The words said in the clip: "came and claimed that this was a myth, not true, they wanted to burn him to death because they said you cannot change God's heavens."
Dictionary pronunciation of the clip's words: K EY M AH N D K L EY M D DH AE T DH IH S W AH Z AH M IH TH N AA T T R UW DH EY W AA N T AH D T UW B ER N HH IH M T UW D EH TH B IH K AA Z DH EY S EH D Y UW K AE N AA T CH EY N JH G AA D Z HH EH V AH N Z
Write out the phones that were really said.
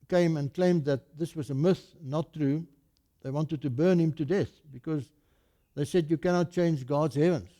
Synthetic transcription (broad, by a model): K EY M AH N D K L EY M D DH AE T DH IH S W AH Z AH M IH TH N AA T T R UW DH EY W AA N T AH D T UW B ER N HH IH M T UW D EH TH B IH K AA Z DH EY S EH D Y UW K AE N AA T CH EY N JH G AA D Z HH EH V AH N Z